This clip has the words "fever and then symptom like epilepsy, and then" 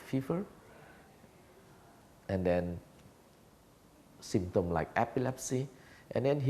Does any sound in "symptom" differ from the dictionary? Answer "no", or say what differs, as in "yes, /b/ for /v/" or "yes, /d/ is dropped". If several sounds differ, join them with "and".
yes, /p/ is dropped